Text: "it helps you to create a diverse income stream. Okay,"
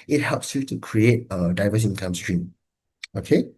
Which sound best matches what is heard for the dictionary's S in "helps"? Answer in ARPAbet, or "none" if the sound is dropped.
S